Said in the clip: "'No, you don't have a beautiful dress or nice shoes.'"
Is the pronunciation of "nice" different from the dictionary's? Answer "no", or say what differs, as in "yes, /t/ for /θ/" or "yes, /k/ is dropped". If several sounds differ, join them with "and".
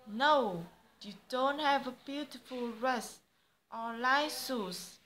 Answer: yes, /l/ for /n/